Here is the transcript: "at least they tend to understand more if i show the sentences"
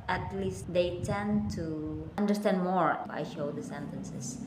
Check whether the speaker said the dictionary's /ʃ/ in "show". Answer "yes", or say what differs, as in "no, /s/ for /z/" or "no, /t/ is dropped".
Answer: yes